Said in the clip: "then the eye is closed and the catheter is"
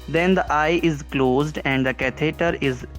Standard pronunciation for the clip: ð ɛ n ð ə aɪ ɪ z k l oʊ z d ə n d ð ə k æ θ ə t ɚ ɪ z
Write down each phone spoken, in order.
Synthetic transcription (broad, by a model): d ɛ n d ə aɪ ɪ z k l oʊ z d ə n d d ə k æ t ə t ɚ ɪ z